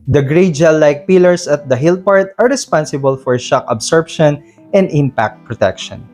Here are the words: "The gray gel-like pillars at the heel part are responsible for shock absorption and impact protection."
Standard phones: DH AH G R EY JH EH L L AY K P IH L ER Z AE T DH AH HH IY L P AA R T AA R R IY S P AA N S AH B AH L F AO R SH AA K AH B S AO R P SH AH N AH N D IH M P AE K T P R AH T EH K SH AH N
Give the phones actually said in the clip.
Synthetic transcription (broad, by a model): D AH G R EY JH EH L L AY K P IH L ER S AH T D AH HH IY L P AA R T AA R R IY S P AA N S AH B AH L F AO R SH AA K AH B S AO R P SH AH N AH N D IH M P AE K T P R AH T EH K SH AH N